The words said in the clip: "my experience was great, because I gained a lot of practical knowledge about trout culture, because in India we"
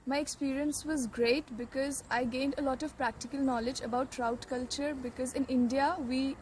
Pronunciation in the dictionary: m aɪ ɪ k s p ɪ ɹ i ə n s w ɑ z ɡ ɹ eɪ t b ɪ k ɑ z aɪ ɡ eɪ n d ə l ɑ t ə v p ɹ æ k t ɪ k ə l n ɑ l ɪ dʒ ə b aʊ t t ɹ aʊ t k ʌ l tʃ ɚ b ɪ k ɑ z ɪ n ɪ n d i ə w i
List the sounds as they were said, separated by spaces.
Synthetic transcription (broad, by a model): m aɪ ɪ k s p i ɹ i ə n s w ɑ z ɡ ɹ eɪ t b ɪ k ɑ z aɪ ɡ eɪ n d ə l ɑ t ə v p ɹ æ k t ɪ k ə l n ɑ l ɪ dʒ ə b aʊ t t ɹ aʊ t k ʌ l tʃ ɚ b ɪ k ɑ z ɪ n ɪ n d i ə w i